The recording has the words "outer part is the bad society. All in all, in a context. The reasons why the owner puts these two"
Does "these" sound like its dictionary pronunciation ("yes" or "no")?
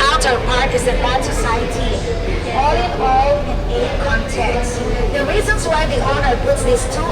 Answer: no